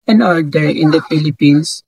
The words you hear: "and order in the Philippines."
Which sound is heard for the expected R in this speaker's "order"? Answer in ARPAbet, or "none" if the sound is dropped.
L